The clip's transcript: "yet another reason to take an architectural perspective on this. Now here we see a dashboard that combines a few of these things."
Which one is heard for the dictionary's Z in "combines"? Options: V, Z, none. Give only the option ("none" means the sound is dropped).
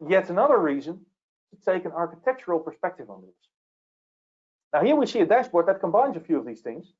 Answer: Z